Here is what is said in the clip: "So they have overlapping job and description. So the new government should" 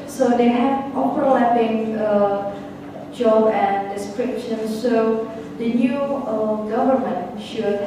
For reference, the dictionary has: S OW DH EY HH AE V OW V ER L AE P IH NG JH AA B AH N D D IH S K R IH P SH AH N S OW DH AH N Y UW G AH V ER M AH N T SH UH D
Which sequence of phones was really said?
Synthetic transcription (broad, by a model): S OW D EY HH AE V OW P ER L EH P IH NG JH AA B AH N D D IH S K R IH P SH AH N S OW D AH N Y UW G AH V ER M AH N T SH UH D